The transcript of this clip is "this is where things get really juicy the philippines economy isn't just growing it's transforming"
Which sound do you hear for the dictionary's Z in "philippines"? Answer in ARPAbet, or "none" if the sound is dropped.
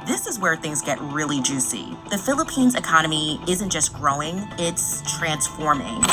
Z